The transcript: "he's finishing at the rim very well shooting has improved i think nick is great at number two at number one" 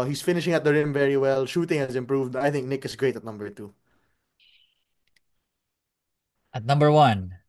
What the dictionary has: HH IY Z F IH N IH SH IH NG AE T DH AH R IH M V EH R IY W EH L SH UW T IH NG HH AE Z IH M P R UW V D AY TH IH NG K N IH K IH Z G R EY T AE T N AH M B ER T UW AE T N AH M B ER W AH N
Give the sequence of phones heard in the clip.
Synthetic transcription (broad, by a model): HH IY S F IH N IH SH IH NG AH T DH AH R IH M V EH R IY W EH L SH UW T IH NG HH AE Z IH M P R UW V D AY TH IH NG K N IH K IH S G R EY T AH T N AH M B ER T UW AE T N AH M B ER W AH N